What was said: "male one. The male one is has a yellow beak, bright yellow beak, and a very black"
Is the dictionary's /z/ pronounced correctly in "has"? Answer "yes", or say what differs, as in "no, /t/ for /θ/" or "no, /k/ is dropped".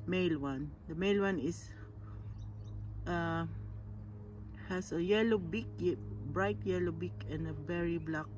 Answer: no, /s/ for /z/